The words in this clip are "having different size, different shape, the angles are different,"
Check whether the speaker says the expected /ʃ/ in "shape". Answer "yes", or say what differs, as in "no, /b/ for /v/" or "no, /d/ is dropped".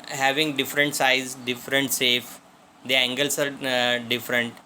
no, /s/ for /ʃ/